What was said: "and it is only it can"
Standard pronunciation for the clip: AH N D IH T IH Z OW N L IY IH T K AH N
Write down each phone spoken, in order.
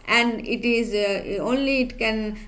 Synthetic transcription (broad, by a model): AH N D IH T IH Z OW N L IY IH T K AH N